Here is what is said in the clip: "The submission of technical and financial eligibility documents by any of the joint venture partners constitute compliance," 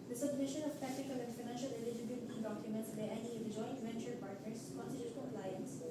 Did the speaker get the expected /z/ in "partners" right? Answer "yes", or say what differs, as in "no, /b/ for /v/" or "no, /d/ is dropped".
no, /s/ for /z/